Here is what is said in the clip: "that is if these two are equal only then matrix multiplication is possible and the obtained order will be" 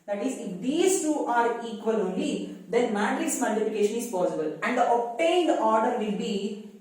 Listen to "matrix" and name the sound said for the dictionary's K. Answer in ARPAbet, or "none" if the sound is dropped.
none